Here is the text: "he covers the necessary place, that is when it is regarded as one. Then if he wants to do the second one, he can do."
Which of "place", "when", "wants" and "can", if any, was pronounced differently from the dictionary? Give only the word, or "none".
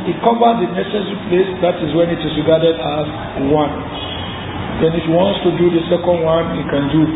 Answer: none